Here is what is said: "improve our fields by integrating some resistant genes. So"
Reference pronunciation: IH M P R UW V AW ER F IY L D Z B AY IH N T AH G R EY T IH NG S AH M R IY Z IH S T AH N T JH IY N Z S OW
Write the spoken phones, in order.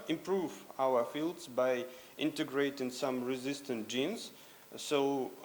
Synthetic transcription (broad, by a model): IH M P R UW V AW ER F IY L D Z B AY IH N T AH G R EY T IH NG S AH M R IY Z IH S T AH N T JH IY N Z S OW